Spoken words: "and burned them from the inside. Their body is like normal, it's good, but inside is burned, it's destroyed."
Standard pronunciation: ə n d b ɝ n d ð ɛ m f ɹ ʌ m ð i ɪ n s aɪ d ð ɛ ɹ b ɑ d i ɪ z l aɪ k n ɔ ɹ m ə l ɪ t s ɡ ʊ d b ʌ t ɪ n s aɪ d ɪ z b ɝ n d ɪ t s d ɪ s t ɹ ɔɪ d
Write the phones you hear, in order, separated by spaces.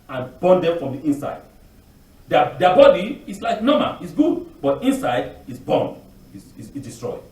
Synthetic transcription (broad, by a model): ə n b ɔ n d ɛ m f ɹ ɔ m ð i ɪ n s aɪ d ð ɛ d b ɑ d i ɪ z l aɪ k n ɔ m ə n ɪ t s ɡ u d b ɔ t ɪ n s aɪ d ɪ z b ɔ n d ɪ s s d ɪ s t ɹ ɔɪ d